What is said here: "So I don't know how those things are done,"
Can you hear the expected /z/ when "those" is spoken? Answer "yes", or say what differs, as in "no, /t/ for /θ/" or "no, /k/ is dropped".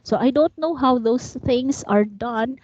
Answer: no, /s/ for /z/